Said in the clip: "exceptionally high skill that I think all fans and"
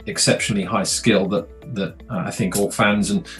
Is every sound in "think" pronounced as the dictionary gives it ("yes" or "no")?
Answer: yes